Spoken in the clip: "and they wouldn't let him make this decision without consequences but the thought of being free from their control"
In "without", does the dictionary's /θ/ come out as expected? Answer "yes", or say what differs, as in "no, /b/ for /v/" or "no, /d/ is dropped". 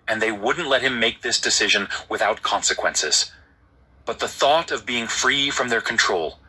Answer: yes